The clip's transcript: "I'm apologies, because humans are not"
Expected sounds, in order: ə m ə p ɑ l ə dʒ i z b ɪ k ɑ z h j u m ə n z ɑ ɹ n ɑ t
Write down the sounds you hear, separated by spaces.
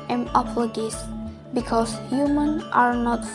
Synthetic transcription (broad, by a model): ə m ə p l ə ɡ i s b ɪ k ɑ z h j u m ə n ɑ ɹ n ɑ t